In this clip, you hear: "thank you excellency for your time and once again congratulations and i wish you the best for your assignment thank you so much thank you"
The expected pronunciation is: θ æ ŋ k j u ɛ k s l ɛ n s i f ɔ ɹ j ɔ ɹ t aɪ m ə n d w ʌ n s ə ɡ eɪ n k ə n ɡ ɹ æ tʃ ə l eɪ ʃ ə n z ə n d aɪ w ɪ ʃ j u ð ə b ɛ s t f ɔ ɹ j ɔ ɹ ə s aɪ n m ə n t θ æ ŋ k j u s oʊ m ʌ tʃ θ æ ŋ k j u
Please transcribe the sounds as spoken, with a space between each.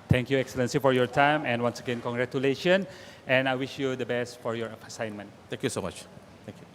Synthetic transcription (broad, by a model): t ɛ ŋ k j u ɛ k s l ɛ n s i f ɔ ɹ j ɔ ɹ t aɪ m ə n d w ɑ n s ə ɡ eɪ n k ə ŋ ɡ ɹ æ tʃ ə l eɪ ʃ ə n ə n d aɪ w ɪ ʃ j u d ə b ɛ s t f ɔ ɹ j ɔ ɹ ə s aɪ n m ə n t t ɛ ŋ k j u s oʊ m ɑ tʃ t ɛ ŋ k j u